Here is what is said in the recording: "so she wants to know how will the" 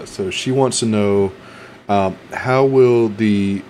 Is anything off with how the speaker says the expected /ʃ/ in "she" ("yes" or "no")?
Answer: no